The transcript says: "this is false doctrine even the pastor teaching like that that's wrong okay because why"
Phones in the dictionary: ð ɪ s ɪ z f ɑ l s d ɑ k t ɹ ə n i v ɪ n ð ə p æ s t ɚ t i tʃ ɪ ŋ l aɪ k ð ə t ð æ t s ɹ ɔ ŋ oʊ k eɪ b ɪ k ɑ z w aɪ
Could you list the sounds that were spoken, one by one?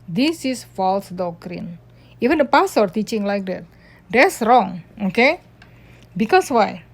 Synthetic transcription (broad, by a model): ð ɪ s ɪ s f ɑ l s d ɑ k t ɹ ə n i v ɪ n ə p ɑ s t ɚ t i tʃ ɪ ŋ l aɪ k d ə t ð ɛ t s ɹ ɔ ŋ oʊ k eɪ b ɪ k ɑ s w aɪ